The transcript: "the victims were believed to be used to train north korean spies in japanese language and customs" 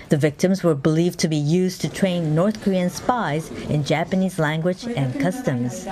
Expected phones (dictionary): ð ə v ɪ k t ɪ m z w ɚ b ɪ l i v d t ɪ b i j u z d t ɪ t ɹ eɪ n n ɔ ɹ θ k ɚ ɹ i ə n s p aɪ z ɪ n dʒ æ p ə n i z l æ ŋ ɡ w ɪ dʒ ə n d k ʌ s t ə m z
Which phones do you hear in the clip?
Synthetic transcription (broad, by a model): ð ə v ɪ k t ɪ m z w ɚ b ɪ l i v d t ɪ b i j u z t ɪ t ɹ eɪ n n ɔ ɹ θ k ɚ ɹ i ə n s p aɪ z ɪ n dʒ æ p ə n i z l æ ŋ ɡ w ɪ dʒ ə n k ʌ s t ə m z